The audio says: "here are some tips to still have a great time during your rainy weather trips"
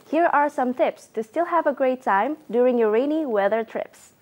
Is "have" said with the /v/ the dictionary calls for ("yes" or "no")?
yes